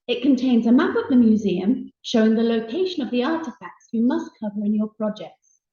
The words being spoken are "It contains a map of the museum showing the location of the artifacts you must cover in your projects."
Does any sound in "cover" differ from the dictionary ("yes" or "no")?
no